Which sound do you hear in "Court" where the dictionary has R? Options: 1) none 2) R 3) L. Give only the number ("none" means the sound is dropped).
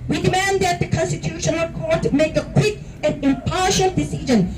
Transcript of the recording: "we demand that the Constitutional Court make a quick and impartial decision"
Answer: 2